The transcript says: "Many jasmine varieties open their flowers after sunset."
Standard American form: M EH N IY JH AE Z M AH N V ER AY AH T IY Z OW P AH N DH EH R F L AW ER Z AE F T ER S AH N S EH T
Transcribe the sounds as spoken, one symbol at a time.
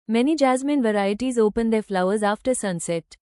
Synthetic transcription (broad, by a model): M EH N IY JH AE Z M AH N V ER AY AH T IY Z OW P AH N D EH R F L AW ER Z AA F T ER S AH N S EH T